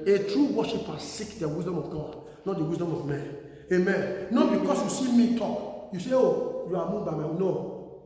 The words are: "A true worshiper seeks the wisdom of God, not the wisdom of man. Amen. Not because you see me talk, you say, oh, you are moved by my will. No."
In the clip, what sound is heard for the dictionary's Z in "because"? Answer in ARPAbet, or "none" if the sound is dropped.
S